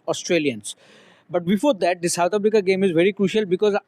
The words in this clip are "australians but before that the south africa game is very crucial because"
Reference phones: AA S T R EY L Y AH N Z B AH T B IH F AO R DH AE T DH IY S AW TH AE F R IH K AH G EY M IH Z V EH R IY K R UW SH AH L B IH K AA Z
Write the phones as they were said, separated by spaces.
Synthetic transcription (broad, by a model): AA S T R EY L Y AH N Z B AH T B IH F AO R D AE T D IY S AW T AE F R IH K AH G EY M IH Z V EH R IY K R UW SH AH L B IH K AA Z